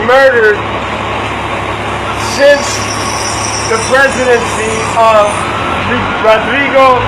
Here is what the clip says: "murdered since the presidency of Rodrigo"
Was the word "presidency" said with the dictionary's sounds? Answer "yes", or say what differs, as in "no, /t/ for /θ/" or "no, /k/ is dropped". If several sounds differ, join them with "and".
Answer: yes